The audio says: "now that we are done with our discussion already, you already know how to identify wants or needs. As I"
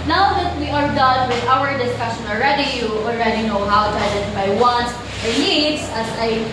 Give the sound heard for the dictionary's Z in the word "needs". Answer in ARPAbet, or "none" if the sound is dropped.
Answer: S